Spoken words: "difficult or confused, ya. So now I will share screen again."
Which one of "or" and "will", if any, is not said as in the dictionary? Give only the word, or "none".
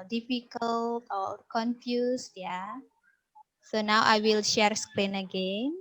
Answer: or